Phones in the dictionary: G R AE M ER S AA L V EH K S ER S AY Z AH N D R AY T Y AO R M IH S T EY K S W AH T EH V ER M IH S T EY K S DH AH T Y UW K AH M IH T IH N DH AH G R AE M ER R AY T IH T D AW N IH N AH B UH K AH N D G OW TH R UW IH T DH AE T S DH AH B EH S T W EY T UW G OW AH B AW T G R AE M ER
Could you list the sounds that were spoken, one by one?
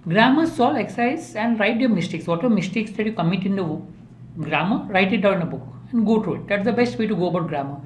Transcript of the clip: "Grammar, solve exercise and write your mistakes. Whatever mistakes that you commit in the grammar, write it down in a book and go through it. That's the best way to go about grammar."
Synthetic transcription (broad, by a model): G R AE M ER S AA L EH K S S AY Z AH N D R AY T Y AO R M IH S T EY K S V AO T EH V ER M IH S T EY K S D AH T Y UW K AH M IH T IH N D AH G R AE M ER R AY T IH T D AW IH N AH B UH K AH N D G OW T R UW IH T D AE T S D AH B EH S T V EY T UW G OW AH B AW T G R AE M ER